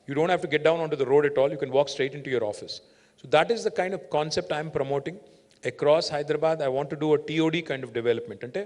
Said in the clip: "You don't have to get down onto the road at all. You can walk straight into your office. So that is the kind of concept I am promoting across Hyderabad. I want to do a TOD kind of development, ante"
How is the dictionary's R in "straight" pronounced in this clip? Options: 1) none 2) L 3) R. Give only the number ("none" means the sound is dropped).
3